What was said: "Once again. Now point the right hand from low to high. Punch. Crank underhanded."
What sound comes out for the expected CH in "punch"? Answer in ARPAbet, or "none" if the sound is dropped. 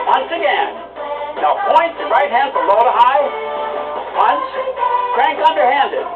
S